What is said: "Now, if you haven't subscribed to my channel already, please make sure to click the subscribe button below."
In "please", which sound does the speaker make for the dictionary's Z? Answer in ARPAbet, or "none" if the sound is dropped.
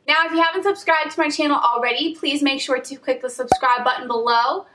Z